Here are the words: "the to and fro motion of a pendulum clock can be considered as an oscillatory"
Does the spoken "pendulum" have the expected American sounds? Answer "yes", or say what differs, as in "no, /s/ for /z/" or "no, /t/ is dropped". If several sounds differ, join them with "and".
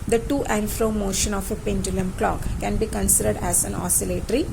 yes